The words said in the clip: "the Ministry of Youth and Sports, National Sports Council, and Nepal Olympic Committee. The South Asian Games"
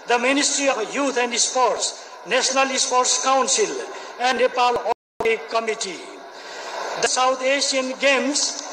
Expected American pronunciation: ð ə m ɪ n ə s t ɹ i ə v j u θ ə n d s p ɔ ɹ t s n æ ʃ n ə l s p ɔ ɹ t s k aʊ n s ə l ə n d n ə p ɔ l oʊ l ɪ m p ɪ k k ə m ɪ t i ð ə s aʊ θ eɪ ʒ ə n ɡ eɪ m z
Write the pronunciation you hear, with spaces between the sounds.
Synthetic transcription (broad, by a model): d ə m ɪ n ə s t ɹ i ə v j u t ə n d s p ɔ ɹ t s n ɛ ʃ n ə l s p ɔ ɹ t s k aʊ n s ə l ə n d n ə p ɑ l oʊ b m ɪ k k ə m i t i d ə s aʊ t eɪ ʃ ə n ɡ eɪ m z